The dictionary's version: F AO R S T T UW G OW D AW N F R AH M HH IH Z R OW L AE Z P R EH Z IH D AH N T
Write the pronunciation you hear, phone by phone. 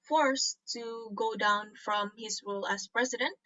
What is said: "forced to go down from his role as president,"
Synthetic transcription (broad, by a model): F AO R S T T UW G OW D AW N F R AH M HH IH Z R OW L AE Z P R EH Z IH D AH N T